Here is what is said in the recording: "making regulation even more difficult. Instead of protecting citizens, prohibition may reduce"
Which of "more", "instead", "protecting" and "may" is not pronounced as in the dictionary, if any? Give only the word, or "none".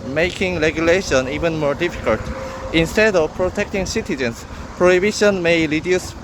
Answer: none